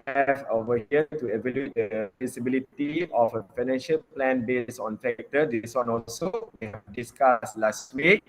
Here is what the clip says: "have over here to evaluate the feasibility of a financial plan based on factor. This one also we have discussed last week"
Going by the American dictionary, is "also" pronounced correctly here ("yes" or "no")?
yes